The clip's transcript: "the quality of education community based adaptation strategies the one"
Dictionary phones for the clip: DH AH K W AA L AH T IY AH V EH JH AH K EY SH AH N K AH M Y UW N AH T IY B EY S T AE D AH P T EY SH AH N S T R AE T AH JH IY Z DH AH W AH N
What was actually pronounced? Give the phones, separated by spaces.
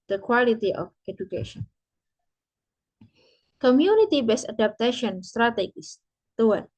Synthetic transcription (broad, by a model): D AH K W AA L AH T IY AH F EH JH AH K EY SH AH N K AH M Y UW N AH T IY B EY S AA D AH P T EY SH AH N S T R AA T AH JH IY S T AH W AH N